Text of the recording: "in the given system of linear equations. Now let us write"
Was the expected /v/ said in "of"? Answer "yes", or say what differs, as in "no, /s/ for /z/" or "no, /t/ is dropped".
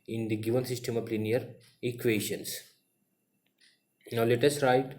no, /p/ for /v/